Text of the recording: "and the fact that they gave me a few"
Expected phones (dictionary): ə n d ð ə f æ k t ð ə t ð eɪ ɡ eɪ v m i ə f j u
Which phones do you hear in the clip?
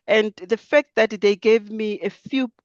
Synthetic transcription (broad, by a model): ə n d ð ə f æ k t ð ə t ð eɪ ɡ eɪ v m i ə f j u